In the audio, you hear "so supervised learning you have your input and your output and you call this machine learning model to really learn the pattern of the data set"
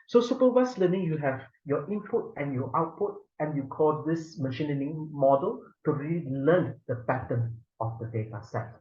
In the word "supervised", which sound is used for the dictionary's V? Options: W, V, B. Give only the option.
W